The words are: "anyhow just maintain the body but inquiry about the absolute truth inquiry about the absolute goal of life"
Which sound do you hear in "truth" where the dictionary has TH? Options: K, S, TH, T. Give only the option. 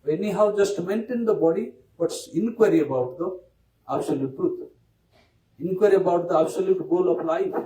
T